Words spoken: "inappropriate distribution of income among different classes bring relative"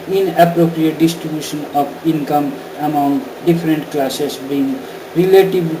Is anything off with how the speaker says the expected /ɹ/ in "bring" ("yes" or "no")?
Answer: yes